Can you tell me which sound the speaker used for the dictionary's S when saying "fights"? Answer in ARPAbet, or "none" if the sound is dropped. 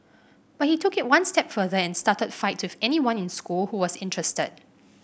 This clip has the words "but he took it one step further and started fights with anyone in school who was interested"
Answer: none